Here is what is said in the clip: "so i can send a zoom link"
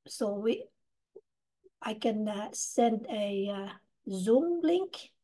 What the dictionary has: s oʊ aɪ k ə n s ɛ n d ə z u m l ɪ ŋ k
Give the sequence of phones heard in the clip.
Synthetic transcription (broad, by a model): s oʊ aɪ k ə n s ɛ n d ə z u m l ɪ ŋ k